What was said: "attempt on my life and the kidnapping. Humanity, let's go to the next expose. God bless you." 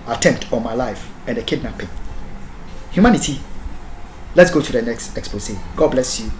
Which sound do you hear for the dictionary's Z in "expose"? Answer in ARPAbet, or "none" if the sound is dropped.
S